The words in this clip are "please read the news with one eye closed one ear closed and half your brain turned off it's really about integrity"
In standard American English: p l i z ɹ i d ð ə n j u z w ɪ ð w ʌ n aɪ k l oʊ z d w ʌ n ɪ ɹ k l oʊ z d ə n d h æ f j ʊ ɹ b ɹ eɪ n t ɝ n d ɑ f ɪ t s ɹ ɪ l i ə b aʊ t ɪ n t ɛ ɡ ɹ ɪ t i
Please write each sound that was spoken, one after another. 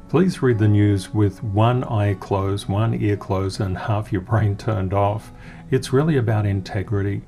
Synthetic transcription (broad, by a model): p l i z ɹ i d ð ə n j u z w ɪ ð w ʌ n aɪ k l oʊ z w ʌ n ɪ ɹ k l oʊ z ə n h æ f j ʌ ɹ b ɹ eɪ n t ɝ n d ɑ f ɪ t s ɹ ɪ l i ə b aʊ t ɪ n t ɛ ɡ ɹ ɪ t i